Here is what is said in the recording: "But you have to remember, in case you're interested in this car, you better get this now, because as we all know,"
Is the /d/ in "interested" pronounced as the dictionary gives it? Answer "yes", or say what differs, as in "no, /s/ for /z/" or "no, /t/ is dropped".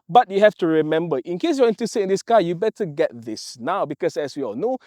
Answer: no, /d/ is dropped